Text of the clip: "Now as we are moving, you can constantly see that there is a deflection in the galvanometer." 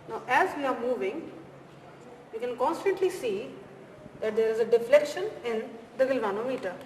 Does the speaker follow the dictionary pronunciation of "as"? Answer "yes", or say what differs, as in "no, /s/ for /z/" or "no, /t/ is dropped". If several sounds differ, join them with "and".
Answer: yes